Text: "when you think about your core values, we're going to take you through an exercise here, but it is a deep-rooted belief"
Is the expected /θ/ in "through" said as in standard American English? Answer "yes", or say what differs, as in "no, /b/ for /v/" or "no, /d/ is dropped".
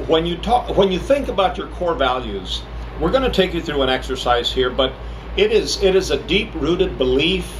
yes